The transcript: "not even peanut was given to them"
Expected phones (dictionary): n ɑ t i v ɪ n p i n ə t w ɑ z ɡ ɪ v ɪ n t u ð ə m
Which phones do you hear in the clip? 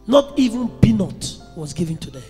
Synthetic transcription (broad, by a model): n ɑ t i v ɪ n b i n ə t w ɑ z ɡ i v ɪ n t u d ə